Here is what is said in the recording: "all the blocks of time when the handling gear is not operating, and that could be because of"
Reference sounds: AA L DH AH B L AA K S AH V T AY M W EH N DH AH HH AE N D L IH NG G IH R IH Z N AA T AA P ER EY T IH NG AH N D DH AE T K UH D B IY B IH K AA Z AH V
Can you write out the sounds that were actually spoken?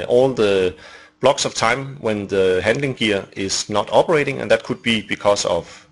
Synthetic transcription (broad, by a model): AA L DH AH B L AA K S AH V T AY M W EH N DH AH HH AE N D L IH NG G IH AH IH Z N AA T AA P ER EY T IH NG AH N DH AE T K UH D B IY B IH K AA S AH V